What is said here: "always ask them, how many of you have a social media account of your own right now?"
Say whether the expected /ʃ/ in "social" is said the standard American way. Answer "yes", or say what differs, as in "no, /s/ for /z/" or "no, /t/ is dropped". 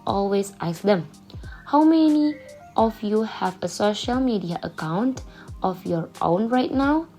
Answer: yes